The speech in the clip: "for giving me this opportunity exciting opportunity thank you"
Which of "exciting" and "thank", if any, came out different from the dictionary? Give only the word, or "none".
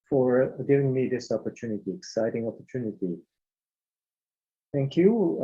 none